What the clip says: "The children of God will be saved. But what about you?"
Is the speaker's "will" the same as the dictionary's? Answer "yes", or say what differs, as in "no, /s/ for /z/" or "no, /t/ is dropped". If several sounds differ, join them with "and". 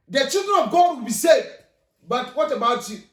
no, /n/ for /l/